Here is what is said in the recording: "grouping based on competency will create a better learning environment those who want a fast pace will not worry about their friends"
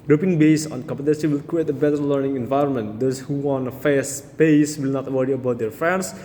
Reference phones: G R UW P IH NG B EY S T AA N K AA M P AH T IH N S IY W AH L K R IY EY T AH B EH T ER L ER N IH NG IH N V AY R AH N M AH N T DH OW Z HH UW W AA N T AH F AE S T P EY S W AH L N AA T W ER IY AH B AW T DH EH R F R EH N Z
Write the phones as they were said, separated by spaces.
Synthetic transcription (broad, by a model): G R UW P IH NG B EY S AA N K AA M P AH T IH N S IY W AH L K R IY EY T AH B EH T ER L ER N IH NG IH N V AY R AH N M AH N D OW S HH UW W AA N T AH F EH S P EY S W AH L N AA T W ER IY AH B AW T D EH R F R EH N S